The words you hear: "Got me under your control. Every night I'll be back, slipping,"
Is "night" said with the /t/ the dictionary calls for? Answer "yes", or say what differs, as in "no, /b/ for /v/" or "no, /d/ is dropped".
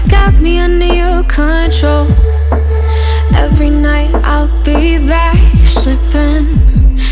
yes